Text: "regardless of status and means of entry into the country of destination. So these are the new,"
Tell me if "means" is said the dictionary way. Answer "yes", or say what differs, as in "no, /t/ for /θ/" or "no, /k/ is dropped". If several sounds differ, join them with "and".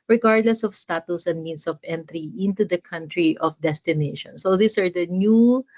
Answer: no, /s/ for /z/